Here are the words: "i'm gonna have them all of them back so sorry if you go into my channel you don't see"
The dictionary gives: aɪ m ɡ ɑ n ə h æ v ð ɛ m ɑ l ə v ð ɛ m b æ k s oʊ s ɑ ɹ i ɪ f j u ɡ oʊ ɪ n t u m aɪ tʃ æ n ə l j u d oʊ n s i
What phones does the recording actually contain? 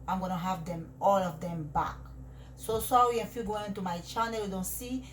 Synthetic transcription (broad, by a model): aɪ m ɡ ɑ n ə h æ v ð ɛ m ɑ l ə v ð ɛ m b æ k s oʊ s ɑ w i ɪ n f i ɡ oʊ ɪ n t u m aɪ tʃ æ n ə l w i d oʊ n s i